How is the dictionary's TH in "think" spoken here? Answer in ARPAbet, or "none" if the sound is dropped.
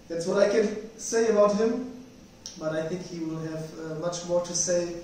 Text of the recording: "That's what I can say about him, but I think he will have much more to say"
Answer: TH